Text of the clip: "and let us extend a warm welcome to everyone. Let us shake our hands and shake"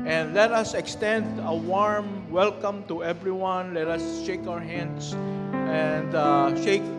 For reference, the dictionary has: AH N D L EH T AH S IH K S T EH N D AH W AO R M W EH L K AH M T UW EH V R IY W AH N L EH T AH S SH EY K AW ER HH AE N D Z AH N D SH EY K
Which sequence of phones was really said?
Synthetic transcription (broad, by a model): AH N D L EH T AH S IH K S T EH N D AH W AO R M W EH L K AH M T UW EH V R IY W AH N L EH T AH S SH EY K AW ER HH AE N D S AH N D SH EY K